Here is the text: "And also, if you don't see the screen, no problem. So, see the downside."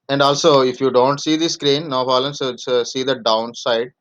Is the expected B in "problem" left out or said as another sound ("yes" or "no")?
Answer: yes